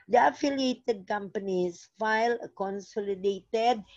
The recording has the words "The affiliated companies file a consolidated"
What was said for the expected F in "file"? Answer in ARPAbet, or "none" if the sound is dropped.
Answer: F